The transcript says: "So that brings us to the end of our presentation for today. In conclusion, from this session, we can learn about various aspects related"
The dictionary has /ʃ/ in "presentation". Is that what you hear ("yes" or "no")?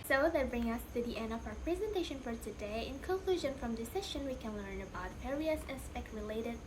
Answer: yes